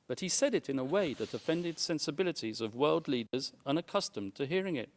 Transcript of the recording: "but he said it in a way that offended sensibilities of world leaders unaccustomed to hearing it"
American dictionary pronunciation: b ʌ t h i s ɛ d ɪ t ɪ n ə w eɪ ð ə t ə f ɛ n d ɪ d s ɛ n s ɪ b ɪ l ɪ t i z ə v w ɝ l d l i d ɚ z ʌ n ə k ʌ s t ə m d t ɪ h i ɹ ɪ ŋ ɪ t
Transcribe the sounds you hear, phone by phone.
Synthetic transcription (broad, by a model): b ʌ t h i s ɛ d ɪ t ɪ n ə w eɪ ð ə t ə f ɛ n d ɪ d s ɛ n s ɪ b ɪ l ɪ t i z ə v w ɝ l d l i d ɚ z ʌ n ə k ʌ s t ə m t ɪ h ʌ ɹ ɪ ŋ ɪ t